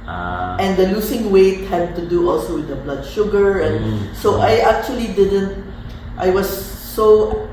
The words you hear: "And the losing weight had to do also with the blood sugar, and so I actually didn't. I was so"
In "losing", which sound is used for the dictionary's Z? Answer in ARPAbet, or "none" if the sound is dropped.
S